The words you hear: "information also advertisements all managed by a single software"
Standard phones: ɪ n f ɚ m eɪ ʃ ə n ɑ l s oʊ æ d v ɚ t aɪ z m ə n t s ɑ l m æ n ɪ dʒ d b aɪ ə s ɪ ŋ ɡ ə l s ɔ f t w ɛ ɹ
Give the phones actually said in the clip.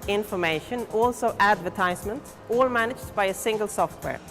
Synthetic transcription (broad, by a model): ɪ n f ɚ m eɪ ʃ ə n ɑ l s oʊ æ d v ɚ t aɪ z m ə n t ɑ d m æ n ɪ dʒ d b aɪ ə s ɪ ŋ ɡ ə l s ɔ f t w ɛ ɹ